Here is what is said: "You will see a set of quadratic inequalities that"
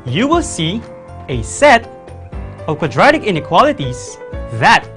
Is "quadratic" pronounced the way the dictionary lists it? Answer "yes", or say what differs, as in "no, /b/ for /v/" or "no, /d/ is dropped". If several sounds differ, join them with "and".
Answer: yes